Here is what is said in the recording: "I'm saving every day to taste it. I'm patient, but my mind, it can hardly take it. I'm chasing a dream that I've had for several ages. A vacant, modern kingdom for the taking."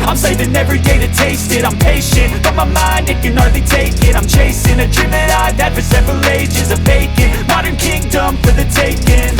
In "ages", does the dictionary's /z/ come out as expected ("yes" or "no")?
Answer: yes